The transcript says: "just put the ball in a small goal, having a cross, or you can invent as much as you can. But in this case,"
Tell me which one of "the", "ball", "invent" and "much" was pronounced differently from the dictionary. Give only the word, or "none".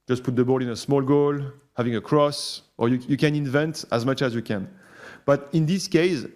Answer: none